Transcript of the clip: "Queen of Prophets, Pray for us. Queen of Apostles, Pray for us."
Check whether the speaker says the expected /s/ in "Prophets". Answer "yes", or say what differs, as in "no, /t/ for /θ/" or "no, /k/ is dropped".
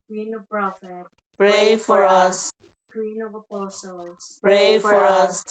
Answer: no, /s/ is dropped